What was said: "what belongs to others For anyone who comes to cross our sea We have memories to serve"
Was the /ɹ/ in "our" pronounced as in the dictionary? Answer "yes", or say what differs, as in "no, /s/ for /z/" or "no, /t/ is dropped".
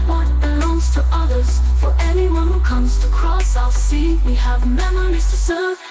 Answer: no, /l/ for /ɹ/